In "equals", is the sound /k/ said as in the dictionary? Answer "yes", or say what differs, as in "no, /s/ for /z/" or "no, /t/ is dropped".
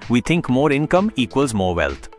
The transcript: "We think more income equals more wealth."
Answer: yes